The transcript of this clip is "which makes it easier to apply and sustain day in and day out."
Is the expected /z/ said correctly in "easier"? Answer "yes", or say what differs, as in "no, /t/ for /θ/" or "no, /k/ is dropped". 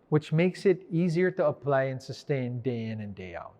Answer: yes